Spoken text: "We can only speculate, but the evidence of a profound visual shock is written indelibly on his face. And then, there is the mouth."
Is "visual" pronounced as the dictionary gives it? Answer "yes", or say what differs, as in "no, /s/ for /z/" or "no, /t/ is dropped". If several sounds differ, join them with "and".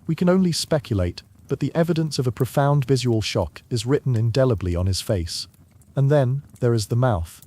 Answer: yes